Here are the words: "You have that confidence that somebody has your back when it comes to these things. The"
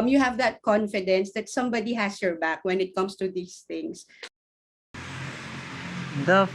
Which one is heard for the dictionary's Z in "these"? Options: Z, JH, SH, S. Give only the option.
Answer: S